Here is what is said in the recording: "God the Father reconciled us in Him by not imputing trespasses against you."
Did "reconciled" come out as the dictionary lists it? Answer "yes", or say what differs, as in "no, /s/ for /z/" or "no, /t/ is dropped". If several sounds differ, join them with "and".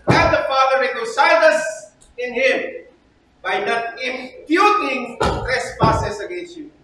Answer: no, /n/ is dropped and /l/ is dropped